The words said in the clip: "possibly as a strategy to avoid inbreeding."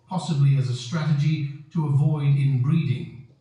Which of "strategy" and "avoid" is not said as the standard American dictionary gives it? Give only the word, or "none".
none